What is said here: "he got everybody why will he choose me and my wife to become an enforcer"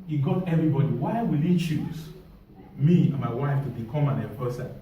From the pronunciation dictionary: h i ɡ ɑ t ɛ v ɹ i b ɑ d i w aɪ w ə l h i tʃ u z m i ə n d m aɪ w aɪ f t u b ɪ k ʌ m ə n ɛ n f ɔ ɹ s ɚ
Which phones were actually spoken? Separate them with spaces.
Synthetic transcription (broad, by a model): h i ɡ ɑ t ɛ v ɹ i b ɑ d i w aɪ w ə l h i tʃ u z m i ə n m aɪ w aɪ f t u b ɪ k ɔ m ə n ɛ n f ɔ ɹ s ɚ